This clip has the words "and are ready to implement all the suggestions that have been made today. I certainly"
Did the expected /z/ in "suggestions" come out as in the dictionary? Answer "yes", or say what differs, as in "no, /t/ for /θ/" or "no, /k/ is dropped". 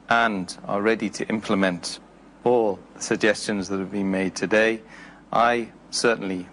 yes